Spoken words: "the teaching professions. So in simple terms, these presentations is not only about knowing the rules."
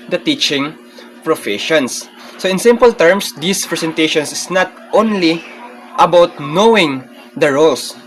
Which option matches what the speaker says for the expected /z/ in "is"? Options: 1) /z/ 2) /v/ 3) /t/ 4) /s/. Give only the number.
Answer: 4